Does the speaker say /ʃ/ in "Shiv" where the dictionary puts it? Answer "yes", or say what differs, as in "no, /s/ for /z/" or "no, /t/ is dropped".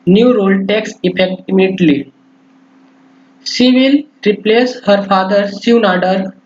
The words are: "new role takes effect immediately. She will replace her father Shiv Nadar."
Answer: no, /s/ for /ʃ/